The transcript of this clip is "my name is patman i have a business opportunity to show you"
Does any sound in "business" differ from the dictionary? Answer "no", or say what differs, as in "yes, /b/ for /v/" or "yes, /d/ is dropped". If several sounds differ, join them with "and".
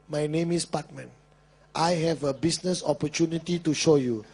yes, /s/ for /z/